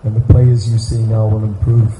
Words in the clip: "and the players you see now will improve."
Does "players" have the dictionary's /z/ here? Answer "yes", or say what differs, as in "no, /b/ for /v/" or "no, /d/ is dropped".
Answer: yes